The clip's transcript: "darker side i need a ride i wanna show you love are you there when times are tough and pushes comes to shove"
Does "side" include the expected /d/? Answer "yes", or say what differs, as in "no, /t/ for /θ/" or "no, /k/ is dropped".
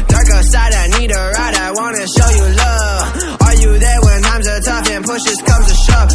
yes